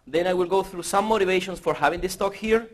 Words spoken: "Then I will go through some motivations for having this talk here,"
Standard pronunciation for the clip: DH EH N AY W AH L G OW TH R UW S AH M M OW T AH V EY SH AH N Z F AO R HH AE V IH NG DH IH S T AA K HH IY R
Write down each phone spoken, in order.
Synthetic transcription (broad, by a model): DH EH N AY W AH L G OW TH R UW S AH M M OW T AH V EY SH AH N S F AO R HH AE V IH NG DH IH S T AA K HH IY R